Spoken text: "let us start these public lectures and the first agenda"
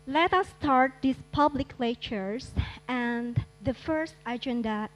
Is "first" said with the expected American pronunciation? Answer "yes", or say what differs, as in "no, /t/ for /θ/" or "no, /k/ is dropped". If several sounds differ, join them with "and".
yes